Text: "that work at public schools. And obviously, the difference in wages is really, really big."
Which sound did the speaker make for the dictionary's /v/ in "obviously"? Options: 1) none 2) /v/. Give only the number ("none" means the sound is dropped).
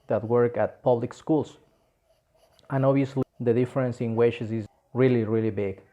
1